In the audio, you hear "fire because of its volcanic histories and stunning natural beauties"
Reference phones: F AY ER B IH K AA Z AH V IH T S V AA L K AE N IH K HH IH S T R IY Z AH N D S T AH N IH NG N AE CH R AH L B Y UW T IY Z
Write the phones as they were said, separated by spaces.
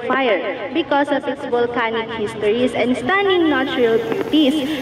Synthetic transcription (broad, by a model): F AY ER B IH K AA S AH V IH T S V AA L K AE N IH K HH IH S T R IY S AH N D S T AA N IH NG N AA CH R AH L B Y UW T IY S